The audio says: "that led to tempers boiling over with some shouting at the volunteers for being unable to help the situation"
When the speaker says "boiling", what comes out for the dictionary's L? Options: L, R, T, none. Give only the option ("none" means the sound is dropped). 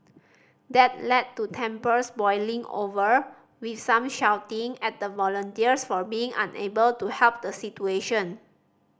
L